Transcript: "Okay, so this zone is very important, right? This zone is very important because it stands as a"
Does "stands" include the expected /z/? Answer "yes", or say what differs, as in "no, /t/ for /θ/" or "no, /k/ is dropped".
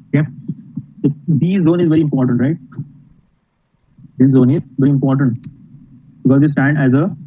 no, /z/ is dropped